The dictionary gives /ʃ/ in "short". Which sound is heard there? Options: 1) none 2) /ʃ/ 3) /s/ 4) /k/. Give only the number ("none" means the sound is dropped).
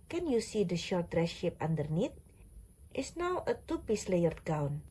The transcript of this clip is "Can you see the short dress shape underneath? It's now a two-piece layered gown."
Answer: 2